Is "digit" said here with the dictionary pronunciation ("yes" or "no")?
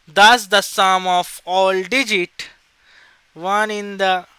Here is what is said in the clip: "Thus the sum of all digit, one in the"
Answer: yes